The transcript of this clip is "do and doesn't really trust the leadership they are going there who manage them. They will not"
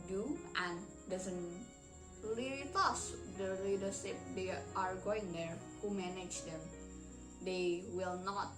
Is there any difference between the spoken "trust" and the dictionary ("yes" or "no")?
yes